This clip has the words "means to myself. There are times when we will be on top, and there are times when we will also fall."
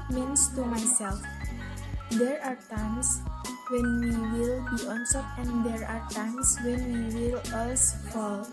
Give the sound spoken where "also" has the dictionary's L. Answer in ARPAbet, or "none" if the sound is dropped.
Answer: none